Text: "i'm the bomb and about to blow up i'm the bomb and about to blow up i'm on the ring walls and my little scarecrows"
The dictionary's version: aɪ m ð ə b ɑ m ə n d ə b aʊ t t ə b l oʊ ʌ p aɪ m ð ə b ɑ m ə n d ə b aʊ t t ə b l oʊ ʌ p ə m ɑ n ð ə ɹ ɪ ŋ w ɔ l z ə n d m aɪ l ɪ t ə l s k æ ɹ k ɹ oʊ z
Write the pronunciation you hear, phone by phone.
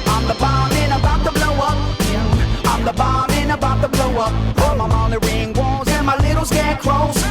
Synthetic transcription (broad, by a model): aɪ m ð ə b ɑ m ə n ə b aʊ t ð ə b l oʊ ʌ p aɪ m ð ə b ɑ m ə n ə b aʊ t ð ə b l oʊ ʌ p ə m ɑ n ð ə ɹ ɪ ŋ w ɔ z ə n m aɪ l ɪ t l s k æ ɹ k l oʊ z